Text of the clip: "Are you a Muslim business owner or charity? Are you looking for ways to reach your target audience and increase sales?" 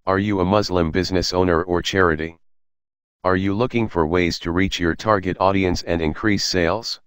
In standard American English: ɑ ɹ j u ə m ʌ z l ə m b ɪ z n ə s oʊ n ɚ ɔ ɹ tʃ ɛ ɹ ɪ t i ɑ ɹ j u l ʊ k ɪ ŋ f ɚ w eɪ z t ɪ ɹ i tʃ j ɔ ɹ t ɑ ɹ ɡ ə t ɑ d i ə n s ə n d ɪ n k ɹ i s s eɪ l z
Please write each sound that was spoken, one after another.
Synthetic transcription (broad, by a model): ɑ ɹ j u ə m ʌ z l ə m b ɪ z n ə s oʊ n ɚ ɔ ɹ tʃ ɛ ɹ ɪ t i ɑ ɹ j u l ʊ k ɪ ŋ f ɚ w eɪ z t ɪ ɹ i tʃ j ɔ ɹ t ɑ ɹ ɡ ə t ɑ d i ə n s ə n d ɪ n k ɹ i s s eɪ l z